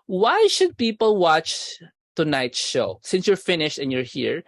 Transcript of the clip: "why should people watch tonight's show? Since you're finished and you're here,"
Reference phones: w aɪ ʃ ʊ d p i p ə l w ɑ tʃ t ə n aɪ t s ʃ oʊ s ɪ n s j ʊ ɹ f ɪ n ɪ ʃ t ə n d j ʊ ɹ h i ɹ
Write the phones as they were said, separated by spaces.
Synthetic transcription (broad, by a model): w aɪ ʃ ʊ d p i p ə l w ɑ tʃ t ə n aɪ t ʃ oʊ s ɪ n s j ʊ ɹ f ɪ n ɪ ʃ t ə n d j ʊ ɹ h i ɹ